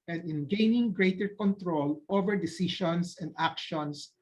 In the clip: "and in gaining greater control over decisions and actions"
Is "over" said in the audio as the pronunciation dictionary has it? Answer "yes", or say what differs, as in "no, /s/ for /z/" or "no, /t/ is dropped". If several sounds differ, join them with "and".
yes